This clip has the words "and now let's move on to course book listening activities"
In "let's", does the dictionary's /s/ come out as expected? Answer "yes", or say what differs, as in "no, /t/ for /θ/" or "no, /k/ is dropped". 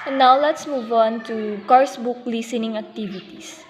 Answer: yes